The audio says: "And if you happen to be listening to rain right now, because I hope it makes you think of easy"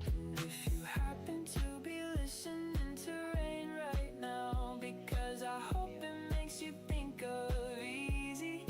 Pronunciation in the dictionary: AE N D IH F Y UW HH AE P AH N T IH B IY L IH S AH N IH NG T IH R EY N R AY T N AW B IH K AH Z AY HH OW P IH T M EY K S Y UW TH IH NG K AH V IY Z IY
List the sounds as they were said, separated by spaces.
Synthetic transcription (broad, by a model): IH F Y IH HH AE P AH N T IH B IY L IH S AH N IH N T IH R EY N R AY T N AW B IH K AH Z AY HH OW P IH T M EY K S Y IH TH IH NG K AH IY IY Z IY